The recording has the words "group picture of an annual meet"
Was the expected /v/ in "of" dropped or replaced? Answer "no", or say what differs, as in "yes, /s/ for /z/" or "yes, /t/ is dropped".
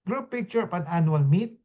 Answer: yes, /p/ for /v/